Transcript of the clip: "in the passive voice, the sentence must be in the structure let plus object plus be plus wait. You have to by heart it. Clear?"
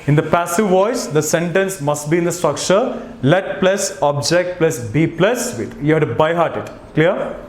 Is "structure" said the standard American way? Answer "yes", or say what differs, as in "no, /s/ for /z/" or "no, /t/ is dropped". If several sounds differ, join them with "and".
yes